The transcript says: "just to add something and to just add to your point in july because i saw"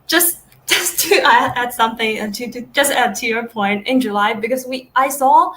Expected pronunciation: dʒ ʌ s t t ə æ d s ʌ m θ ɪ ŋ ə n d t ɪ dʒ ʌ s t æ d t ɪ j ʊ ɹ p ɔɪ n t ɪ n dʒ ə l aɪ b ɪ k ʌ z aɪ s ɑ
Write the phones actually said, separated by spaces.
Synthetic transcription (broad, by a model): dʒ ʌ s t t ə æ d s ʌ m θ ɪ ŋ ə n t t ɪ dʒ ʌ s t æ d t ɪ j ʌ ɹ p ɔɪ n t ɪ n dʒ ə l aɪ b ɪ k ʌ z aɪ s ɑ